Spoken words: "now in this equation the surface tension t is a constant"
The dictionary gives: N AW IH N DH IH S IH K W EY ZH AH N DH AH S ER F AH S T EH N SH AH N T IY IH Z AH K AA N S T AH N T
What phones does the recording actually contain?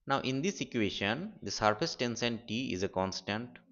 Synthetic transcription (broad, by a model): N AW IH N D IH S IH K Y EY SH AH N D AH S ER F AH S T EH N S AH N T IY IH Z AH K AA N S T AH N T